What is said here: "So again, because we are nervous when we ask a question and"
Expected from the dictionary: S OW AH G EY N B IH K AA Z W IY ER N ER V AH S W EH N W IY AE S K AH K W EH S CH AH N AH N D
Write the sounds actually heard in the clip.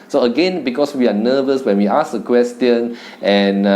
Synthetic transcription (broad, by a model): S OW AH G EY N B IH K AA S W IY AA N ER V AH S W EH N W IY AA S AH K W EH S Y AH N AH N